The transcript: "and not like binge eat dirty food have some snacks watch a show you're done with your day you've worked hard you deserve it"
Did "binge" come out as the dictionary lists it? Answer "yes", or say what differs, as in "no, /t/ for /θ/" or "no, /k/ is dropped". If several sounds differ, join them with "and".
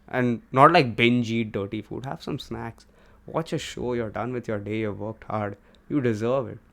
yes